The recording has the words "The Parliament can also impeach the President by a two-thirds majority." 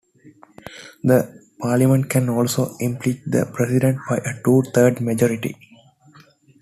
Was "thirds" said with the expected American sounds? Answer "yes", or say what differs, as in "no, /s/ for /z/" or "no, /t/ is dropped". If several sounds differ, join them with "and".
no, /t/ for /θ/ and /z/ is dropped